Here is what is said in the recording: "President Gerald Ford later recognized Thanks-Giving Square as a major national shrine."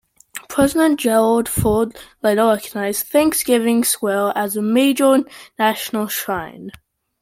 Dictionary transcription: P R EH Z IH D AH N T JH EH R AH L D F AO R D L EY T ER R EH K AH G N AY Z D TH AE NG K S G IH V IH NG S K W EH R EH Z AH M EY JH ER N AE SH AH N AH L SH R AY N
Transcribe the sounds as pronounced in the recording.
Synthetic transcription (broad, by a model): P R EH Z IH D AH N JH EH R AH L D F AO D L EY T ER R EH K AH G N AY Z TH AE NG K S G IH V IH NG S W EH L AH Z AH M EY JH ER N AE SH AH N AH L SH R AY N